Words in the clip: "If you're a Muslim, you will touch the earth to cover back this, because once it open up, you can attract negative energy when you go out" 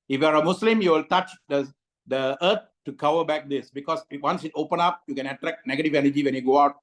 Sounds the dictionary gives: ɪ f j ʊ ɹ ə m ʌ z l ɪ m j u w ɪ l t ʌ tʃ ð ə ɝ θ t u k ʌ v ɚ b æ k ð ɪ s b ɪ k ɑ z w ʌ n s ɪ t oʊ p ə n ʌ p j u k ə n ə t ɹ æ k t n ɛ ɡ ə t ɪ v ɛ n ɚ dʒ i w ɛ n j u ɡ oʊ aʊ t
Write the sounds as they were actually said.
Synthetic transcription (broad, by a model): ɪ f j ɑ ɹ ə m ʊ s l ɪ m j u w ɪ l t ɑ tʃ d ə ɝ t t u k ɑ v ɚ b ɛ k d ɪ s b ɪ k ɑ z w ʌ n s ɪ t oʊ p ə n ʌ p j u k ə n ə t ɹ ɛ k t n ɛ ɡ ə t ɪ v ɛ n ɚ dʒ i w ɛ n j u ɡ oʊ aʊ t